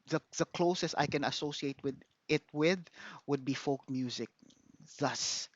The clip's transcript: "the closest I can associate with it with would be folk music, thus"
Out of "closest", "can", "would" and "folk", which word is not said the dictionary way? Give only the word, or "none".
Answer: none